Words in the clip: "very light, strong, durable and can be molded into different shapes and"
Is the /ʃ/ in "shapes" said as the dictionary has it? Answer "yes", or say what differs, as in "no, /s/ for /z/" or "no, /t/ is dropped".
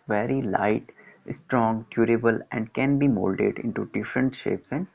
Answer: yes